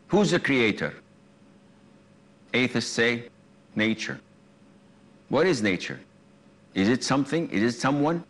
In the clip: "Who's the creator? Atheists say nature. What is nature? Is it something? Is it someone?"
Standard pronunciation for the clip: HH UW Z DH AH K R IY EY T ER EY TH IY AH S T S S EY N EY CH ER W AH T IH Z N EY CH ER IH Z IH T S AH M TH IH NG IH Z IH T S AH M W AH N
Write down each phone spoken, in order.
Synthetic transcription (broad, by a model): HH UW Z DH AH K R IY EY T ER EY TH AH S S S EY N EY CH ER W AH T IH Z N EY CH ER IH Z IH T S AH M TH IH NG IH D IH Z S AH M W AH N